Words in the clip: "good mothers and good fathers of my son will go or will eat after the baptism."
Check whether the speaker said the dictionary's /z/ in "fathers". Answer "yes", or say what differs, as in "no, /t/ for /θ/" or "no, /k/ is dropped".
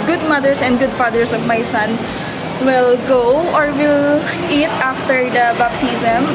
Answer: no, /s/ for /z/